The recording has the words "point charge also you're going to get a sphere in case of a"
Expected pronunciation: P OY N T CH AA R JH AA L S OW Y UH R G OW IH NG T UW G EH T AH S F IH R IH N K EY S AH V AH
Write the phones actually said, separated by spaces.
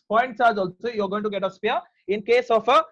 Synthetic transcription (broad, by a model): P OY N T S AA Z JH AA L S OW Y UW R G OW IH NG T UW G EH T AH S P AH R IH N K EY S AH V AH